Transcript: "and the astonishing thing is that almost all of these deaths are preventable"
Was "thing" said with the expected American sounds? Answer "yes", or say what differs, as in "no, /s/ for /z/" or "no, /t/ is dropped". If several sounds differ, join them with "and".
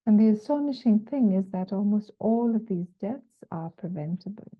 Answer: yes